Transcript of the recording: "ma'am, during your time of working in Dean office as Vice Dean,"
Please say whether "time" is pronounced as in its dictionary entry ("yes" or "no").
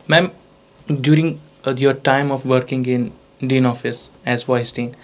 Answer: yes